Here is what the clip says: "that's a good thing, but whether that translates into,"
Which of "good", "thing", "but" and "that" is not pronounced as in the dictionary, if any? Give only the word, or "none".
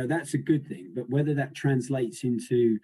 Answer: none